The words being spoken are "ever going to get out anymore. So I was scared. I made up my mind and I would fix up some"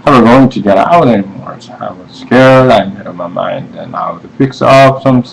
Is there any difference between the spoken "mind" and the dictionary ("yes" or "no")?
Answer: no